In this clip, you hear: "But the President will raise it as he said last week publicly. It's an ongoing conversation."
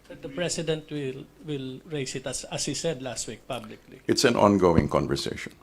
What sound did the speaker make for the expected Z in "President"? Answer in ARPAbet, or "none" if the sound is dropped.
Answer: S